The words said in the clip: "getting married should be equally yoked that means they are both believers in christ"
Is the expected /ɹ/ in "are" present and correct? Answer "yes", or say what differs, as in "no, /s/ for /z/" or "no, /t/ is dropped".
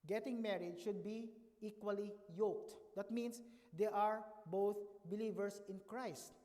yes